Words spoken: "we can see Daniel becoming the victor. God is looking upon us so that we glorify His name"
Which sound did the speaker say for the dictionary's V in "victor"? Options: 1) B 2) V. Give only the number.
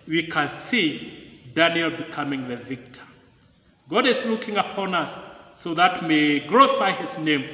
2